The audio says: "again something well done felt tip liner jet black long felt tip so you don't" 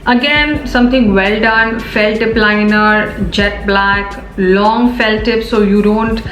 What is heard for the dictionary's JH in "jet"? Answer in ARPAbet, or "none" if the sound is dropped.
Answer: JH